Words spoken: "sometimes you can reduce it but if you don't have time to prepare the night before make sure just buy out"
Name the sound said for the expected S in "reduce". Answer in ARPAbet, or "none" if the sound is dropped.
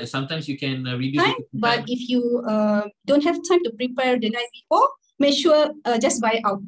none